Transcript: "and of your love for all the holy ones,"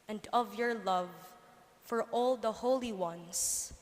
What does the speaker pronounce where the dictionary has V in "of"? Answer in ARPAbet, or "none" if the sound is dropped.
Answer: V